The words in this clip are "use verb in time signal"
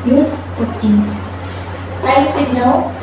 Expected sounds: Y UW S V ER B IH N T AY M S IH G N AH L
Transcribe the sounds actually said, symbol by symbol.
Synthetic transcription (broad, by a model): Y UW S P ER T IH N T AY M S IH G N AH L